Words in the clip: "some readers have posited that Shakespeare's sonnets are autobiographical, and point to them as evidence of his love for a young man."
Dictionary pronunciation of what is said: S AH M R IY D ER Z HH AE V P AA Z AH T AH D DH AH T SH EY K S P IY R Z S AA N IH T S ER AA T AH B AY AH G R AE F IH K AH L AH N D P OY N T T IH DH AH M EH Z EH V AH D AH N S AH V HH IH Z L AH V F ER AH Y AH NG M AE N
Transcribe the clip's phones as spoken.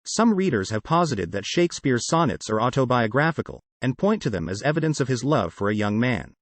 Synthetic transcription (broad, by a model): S AH M R IY D ER Z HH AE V P AA Z AH T AH D DH AH T SH EY K S P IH R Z S AA N IH T S ER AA T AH B AY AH G R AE F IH K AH L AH N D P OY N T T IH DH AH M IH Z EH V AH D AH N S AH V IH Z L AH V F ER AH Y AH NG M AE N